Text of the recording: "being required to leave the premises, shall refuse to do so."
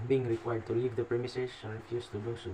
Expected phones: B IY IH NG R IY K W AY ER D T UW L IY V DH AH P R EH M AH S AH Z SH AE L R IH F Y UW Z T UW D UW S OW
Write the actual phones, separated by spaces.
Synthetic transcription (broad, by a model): B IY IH NG R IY K W AY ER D T UW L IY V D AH P R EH M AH S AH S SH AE N R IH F Y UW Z T UW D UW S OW